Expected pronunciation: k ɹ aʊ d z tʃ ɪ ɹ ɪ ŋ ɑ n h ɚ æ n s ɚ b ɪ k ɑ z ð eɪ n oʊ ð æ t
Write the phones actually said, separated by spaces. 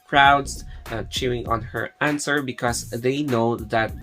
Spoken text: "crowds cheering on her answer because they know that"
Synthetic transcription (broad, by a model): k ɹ aʊ d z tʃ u ɪ ŋ ɑ n h ɚ æ n s ɚ b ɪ k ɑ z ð eɪ n oʊ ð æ t